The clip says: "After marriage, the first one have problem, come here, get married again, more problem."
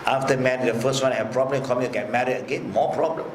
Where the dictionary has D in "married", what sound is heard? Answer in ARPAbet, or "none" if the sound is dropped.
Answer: none